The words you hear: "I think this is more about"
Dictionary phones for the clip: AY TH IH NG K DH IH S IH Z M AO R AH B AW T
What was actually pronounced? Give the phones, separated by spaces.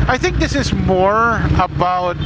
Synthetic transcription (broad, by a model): AY TH IH NG K DH IH S IH Z M AO R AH B AW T